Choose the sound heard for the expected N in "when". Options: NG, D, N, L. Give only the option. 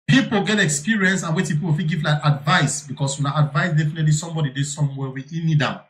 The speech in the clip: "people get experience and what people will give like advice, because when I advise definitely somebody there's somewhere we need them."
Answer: L